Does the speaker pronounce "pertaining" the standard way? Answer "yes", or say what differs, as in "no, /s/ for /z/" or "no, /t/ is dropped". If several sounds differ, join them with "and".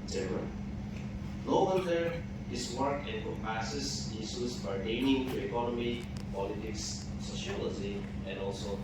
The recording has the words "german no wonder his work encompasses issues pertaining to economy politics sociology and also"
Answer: no, /b/ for /p/